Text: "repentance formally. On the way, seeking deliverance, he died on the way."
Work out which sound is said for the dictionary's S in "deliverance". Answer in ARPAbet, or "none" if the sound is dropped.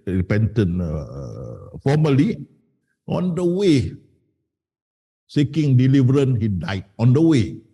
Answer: none